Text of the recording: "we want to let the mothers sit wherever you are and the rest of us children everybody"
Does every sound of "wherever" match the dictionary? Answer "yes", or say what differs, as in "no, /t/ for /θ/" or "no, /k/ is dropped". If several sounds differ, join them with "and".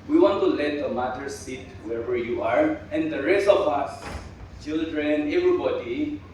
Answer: no, /w/ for /ɹ/